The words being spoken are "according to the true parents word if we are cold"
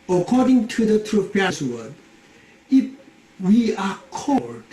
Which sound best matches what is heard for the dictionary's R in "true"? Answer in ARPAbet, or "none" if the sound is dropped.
R